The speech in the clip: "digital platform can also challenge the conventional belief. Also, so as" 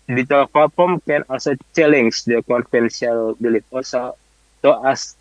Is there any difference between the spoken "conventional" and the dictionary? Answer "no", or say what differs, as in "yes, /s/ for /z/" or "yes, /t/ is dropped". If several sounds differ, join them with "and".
yes, /s/ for /ʃ/ and /n/ is dropped